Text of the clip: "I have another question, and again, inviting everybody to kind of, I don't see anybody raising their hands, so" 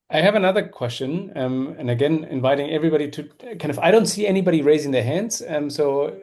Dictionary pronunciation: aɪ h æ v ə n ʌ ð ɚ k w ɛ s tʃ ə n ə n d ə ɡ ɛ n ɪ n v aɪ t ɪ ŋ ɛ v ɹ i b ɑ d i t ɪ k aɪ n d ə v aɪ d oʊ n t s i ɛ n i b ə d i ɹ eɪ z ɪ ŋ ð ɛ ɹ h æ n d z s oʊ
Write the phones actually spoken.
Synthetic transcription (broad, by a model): aɪ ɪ v ə n ʌ ð ɚ k w ɛ s tʃ ə n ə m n ə ɡ ɛ n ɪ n v aɪ t ɪ ŋ ɛ v ɹ i b ɑ d i t ɪ k aɪ n d ə v aɪ d oʊ n t s i ɛ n i b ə d i ɹ eɪ z ɪ ŋ ð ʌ ɹ h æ n d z s oʊ